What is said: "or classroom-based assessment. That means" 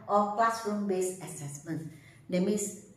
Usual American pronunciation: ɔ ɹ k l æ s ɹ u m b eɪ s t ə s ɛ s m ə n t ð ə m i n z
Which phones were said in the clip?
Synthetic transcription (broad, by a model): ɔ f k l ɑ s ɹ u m b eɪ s ə s ɛ s m ə n t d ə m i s